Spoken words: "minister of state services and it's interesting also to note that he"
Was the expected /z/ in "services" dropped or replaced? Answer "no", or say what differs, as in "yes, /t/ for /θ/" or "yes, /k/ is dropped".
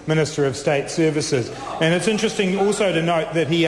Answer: no